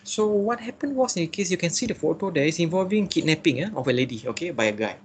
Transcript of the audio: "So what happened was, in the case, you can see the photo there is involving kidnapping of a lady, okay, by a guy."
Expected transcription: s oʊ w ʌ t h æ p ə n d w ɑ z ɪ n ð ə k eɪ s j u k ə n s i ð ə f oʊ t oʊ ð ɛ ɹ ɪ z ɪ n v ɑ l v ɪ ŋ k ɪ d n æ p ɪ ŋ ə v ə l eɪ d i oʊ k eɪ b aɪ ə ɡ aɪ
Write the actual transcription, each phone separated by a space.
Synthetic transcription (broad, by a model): s oʊ w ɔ t h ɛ p ə n w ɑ s ɪ n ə k eɪ s j u k ə n s i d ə f oʊ t oʊ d ɛ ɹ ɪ s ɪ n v ɑ l v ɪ ŋ k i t n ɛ p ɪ ŋ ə f ə l eɪ d i oʊ k eɪ b aɪ ə ɡ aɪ